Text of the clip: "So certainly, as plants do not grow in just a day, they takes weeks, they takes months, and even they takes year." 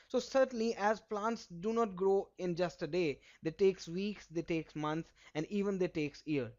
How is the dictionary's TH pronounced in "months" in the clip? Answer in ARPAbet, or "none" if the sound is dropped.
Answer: T